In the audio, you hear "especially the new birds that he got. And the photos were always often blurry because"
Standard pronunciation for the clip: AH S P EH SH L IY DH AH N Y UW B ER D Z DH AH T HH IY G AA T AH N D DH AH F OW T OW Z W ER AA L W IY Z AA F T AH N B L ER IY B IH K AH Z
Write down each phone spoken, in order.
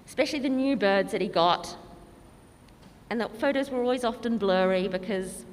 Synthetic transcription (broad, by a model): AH S P EH SH L IY DH AH N Y UW B ER D Z DH AH T HH IY G AA T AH N DH AH F OW T OW Z W ER AA L W IY Z AA F T AH N B L ER IY B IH K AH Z